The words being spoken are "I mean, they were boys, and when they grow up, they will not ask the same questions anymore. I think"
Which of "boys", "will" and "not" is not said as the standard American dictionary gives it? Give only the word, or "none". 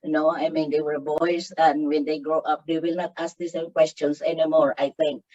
boys